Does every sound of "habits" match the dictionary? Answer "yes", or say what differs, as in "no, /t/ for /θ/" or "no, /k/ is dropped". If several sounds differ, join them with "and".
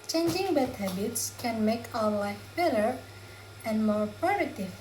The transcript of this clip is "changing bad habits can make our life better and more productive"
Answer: yes